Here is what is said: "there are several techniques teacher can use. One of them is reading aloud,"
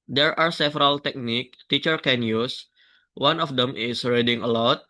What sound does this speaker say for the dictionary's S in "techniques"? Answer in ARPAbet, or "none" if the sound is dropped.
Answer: none